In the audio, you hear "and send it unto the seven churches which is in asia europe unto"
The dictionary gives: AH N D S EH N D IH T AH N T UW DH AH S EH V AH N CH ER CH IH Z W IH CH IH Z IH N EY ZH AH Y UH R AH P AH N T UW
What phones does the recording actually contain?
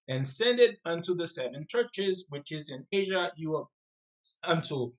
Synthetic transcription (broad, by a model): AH N S EH N D IH T AH N T UW DH AH S EH V AH N CH ER CH IH Z W IH CH IH Z IH N EY ZH AH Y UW AH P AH N T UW